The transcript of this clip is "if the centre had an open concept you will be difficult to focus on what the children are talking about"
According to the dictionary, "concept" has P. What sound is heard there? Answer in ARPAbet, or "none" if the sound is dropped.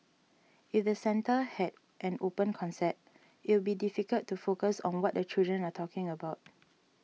none